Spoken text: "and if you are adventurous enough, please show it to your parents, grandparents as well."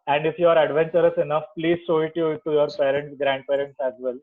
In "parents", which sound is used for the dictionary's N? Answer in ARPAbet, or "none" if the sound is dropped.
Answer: N